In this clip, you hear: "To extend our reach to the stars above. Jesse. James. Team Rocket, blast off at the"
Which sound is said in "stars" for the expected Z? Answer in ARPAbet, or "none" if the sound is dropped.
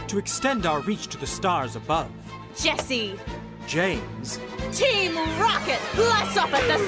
Z